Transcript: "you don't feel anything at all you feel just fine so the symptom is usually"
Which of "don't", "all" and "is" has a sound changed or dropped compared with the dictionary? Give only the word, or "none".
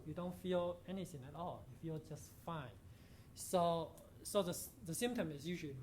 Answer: is